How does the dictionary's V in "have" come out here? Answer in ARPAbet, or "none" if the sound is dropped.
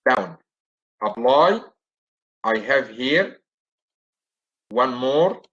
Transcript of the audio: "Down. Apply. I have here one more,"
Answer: V